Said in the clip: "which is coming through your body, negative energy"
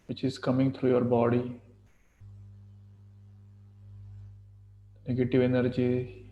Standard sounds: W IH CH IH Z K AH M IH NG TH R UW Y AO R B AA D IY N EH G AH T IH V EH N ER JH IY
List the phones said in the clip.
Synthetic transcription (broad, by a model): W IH CH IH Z K AH M IH NG T R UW Y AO R B AA D IY N EH G AH T IH V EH N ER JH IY